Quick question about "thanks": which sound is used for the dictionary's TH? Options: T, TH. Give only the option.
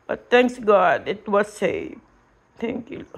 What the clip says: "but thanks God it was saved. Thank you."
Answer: T